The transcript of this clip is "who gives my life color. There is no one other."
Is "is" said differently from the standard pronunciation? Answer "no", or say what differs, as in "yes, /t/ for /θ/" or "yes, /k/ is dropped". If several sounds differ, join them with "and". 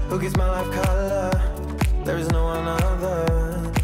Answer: no